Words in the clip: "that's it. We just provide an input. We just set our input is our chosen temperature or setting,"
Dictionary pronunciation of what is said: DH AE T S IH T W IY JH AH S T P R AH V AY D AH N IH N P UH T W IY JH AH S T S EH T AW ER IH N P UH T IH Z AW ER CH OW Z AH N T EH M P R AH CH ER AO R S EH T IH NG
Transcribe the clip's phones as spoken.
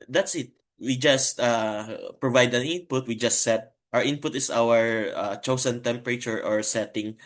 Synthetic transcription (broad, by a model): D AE T S IH T W IY JH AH S T P R AH V AY D AH N IH N P UH T W IY JH AH S T S EH T AW ER IH N P UH T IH S AW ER CH OW S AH N T EH M P R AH CH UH AO R S EH T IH NG